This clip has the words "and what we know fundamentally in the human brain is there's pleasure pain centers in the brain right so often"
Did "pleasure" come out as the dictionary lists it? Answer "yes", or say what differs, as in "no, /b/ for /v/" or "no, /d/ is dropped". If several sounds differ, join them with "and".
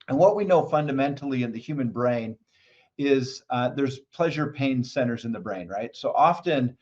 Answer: yes